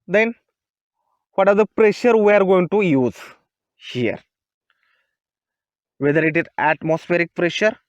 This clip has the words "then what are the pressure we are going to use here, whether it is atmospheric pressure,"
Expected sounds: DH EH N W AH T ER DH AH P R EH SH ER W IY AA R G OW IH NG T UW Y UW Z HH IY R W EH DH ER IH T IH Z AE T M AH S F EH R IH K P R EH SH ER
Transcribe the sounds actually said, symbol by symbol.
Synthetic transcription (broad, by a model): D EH N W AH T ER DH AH P R EH SH ER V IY AA R G OW IH NG T UW Y UW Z HH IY R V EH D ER IH T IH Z AE T M AH S F EH R IH K P R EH SH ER